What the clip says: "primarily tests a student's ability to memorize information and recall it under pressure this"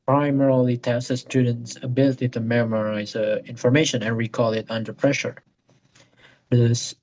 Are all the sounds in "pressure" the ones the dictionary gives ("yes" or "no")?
yes